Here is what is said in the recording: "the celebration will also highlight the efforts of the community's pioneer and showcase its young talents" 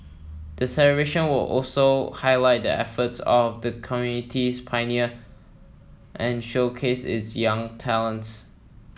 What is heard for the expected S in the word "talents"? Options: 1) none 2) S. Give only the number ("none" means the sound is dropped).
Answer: 2